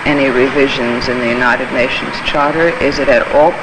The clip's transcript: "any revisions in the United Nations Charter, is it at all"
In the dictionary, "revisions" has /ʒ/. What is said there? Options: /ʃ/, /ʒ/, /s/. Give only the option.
/ʒ/